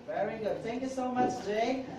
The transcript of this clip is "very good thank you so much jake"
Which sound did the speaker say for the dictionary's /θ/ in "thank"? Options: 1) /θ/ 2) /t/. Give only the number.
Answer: 1